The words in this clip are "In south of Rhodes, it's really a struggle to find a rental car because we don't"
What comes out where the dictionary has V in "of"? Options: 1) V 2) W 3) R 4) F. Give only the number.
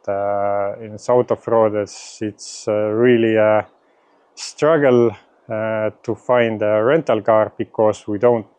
4